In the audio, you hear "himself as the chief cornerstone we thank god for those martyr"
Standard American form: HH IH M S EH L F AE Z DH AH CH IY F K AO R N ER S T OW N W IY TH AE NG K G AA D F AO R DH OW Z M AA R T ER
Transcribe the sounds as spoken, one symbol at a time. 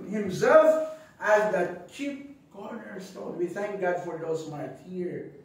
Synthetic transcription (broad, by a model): HH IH M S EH L F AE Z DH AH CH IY P K AO R N ER S T OW N W IY TH AE NG K G AA D F AO R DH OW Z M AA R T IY